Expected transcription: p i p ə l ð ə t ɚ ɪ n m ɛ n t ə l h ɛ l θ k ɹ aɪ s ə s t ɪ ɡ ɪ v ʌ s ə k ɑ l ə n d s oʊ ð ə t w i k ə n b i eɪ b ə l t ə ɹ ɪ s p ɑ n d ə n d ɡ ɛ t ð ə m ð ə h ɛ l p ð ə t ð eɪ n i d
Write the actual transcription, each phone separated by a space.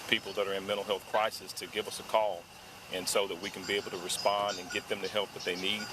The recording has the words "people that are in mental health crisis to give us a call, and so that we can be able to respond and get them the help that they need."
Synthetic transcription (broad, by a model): p i p l ð ə t ɚ ɪ n m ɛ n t l h ɛ l θ k ɹ aɪ s ə s t ɪ ɡ ɪ v ʌ s ə k ɑ l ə n s oʊ ð ə t w i k n b i eɪ b l t ə ɹ ɪ s p ɑ n d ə n ɡ ɛ t ð ə m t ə h ɛ l p ð ə t ð eɪ n i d